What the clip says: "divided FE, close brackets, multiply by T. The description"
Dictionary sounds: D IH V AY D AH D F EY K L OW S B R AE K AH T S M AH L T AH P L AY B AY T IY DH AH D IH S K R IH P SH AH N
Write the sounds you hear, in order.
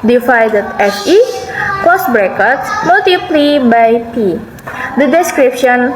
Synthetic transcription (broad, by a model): D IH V AY D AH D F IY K OW S B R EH K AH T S M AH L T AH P L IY B AY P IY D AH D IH S K R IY P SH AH N